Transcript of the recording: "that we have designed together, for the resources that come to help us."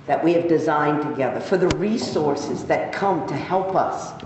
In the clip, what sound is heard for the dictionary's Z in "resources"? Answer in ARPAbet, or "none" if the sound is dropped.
Z